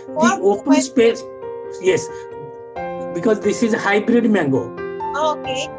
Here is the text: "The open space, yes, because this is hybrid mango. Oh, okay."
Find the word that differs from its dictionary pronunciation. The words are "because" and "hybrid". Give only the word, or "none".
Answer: none